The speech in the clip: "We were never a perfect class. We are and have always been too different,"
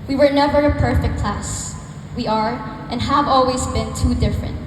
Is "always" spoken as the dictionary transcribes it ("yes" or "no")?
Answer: yes